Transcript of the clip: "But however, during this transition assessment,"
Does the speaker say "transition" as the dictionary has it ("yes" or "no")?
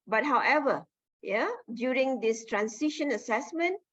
no